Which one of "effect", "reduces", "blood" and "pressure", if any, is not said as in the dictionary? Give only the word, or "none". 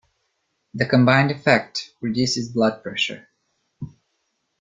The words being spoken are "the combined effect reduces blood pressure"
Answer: none